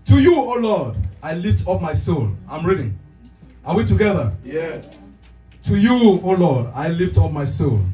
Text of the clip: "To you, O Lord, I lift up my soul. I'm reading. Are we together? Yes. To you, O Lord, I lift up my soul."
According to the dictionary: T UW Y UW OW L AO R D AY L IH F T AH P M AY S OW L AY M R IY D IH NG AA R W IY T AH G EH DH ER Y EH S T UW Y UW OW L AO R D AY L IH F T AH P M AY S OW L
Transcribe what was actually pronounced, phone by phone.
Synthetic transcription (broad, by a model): T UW Y UW OW L AO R D AY L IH F T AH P M AY S OW L AY M R IY D IH NG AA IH W IY T AH G EH DH ER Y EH T UW Y UW OW L AO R D AY L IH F T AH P M AY S OW L